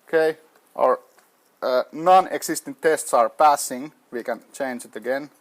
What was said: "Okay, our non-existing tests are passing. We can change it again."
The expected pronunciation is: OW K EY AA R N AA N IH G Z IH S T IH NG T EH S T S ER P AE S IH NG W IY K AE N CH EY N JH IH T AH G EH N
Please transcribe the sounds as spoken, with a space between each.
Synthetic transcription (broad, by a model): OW K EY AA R N AA N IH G S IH S T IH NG T EH S T S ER P AE S IH NG W IY K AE N CH EY N JH IH T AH G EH N